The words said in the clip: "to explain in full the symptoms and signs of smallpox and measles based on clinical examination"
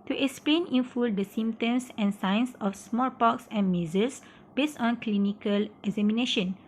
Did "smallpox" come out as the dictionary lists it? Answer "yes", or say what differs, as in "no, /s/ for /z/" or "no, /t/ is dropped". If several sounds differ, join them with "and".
yes